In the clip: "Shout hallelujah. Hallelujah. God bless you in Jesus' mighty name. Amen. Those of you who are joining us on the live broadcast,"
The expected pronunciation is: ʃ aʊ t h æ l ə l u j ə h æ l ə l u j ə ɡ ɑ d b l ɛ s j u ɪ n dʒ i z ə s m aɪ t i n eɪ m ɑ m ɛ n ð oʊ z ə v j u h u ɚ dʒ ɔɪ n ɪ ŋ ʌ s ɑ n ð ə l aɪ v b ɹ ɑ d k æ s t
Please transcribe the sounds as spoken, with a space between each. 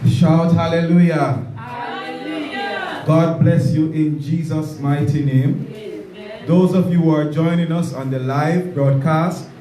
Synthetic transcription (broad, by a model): ʃ aʊ t h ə l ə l l u j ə ɡ ɑ d b l ɛ s j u ɪ n dʒ i z ə s m aɪ t i n eɪ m m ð oʊ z ə v j u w ɚ dʒ ɔɪ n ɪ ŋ ʌ s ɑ n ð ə l aɪ v b ɹ ɑ d k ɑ s t